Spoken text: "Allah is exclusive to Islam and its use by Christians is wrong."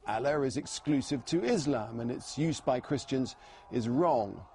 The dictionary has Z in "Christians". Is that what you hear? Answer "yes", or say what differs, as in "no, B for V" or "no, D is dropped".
yes